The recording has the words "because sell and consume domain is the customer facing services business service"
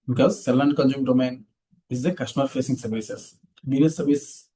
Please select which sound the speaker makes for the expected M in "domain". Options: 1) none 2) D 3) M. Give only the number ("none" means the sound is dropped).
3